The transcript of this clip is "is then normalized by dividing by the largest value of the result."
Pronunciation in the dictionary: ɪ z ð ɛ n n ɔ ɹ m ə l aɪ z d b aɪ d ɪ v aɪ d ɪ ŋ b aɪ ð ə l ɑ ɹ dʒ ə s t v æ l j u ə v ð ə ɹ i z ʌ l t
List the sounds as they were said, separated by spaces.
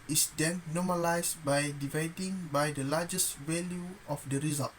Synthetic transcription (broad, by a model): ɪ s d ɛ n n ɔ m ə l aɪ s b aɪ d ɪ v aɪ d ɪ ŋ b aɪ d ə l ɑ dʒ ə s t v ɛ l j u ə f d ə ɹ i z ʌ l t